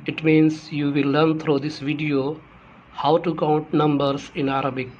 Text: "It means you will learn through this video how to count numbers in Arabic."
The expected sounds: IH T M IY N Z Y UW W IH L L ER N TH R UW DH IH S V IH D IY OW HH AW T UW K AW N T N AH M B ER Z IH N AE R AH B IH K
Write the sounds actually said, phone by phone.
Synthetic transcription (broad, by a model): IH T M IY N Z Y UW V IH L L ER N T R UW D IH S V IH D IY OW HH AW T UW K AW N T N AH M B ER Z IH N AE R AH B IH K